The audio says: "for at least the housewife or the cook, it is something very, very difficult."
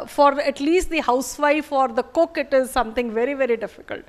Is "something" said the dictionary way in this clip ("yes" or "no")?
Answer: no